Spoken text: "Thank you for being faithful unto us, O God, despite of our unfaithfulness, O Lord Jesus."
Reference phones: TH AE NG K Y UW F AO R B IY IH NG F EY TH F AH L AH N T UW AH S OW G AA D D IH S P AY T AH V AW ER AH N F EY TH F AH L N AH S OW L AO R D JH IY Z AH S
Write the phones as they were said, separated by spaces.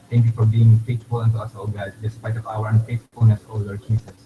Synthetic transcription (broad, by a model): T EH NG K Y UW F AO R B IY IH NG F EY T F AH L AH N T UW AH S OW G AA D D IH S P AY T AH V AW ER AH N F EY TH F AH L N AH S OW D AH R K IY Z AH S